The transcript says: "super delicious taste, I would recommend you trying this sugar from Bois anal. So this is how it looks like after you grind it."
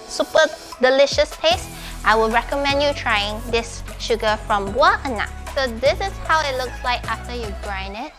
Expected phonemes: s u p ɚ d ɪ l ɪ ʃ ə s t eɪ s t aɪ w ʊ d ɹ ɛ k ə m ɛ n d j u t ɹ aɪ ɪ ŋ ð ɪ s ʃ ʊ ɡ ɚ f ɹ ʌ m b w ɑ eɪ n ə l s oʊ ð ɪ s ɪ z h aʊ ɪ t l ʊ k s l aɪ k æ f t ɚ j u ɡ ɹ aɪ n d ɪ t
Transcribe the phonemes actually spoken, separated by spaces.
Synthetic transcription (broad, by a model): s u p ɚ d ɪ l ɪ ʃ ə s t eɪ s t aɪ w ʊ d ɹ ɛ k ə m ɛ n d j u t ɹ aɪ ɪ ŋ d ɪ s ʃ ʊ ɡ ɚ f ɹ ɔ m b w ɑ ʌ n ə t s oʊ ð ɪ s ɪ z h aʊ ɪ t l ʊ k s l aɪ k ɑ f t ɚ j u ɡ ɹ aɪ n ɪ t